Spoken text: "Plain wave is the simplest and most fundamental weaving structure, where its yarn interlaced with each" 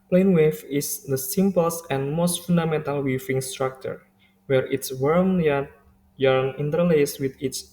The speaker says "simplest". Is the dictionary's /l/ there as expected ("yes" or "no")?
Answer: no